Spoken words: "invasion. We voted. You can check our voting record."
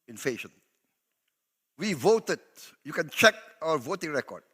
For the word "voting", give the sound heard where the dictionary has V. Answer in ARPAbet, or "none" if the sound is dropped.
V